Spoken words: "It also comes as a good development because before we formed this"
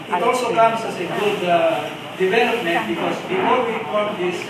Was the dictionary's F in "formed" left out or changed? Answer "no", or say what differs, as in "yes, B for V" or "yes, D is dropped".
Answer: yes, P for F